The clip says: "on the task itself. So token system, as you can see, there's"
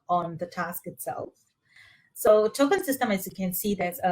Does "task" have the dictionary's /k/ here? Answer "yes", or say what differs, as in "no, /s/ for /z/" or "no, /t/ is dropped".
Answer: yes